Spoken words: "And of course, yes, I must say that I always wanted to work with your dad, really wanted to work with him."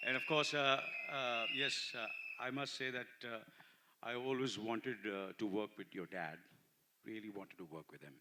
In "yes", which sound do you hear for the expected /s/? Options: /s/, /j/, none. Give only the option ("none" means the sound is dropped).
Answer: /s/